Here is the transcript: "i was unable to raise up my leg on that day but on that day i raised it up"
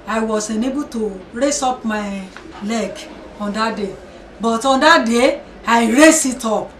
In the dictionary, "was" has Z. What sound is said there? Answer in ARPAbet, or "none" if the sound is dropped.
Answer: S